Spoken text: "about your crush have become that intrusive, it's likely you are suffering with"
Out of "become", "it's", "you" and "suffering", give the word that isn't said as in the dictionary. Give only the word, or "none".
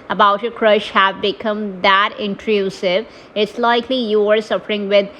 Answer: none